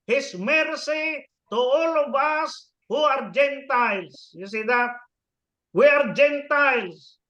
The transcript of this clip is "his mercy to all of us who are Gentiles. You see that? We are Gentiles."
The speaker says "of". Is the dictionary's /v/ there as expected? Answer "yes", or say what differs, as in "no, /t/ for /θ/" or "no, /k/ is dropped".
no, /b/ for /v/